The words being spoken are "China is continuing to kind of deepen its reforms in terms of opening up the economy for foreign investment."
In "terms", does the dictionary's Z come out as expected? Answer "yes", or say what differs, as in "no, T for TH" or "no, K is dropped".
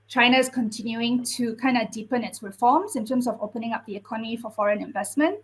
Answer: no, S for Z